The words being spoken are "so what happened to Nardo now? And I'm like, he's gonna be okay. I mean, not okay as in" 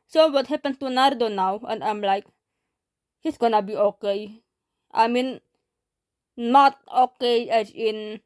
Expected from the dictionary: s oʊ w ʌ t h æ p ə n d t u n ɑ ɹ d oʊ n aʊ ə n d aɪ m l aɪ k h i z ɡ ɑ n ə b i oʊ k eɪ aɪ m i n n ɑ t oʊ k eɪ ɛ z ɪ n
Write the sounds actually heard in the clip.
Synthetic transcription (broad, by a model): s oʊ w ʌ t h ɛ p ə n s t u n ɑ ɹ d oʊ n aʊ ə n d aɪ m l aɪ k h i s ɡ ɑ n ə b i oʊ k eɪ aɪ m i n n ɑ t oʊ k eɪ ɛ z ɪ n